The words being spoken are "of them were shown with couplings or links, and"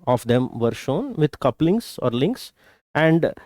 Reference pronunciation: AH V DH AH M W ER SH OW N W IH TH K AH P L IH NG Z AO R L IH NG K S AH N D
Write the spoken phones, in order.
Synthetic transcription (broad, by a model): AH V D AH M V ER SH OW N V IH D K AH P L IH NG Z AO R L IH NG K S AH N D